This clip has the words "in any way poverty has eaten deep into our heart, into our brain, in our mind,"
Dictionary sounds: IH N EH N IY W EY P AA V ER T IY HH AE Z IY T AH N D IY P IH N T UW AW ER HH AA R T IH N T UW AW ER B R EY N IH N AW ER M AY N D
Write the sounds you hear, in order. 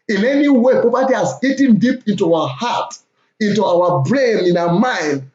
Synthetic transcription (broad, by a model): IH N EH N IY W EY P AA P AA T IY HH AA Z IY T AH N D IY P IH N T UW AW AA HH AA T IH N T UW AW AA B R EY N IH N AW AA M AY N D